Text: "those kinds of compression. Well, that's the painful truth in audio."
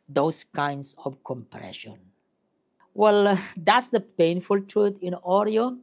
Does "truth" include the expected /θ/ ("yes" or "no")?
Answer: no